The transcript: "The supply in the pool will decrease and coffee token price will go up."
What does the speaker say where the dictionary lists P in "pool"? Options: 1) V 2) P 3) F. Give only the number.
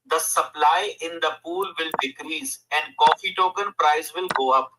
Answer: 2